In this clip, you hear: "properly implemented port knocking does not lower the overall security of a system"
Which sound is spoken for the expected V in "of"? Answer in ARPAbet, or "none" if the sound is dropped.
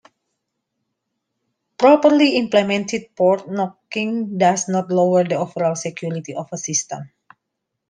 F